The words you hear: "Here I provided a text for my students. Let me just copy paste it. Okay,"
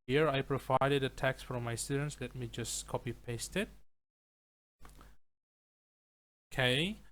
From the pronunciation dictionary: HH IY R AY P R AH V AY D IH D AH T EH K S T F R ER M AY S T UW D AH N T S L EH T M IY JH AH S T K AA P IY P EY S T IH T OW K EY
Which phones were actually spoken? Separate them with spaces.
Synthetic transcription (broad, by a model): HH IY R AY P R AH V AY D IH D AH T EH K S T F R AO M AY S T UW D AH N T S L EH T M IY JH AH S K AA P IY P EY S T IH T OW K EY